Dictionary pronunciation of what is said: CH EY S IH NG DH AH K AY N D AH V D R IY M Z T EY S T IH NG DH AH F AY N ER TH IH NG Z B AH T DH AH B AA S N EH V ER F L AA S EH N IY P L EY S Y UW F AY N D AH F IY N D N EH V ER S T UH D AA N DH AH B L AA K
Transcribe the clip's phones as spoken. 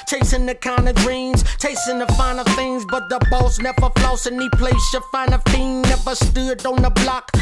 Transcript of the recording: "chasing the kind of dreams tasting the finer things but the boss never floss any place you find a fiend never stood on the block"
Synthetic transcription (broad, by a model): CH EY S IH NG DH AH K AY N D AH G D R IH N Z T EY S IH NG DH AH F AY N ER TH IH NG Z B AH T DH AH B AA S N EH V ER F L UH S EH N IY P L EY S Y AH F AY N AH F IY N N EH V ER S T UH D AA N DH AH B L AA K